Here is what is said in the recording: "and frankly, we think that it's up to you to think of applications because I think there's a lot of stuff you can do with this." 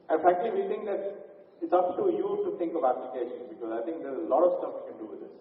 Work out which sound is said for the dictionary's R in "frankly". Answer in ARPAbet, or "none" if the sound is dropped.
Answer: none